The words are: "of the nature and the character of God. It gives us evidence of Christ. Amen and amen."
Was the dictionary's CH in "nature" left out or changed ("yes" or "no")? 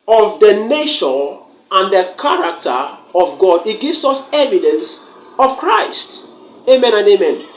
yes